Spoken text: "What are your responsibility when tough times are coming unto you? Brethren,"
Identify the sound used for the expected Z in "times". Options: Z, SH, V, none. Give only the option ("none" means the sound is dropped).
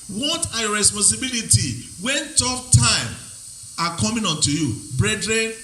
none